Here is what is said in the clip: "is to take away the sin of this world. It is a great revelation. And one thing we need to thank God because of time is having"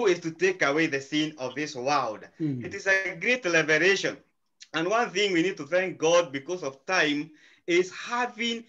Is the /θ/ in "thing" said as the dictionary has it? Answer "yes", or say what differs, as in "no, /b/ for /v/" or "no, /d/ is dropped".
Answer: yes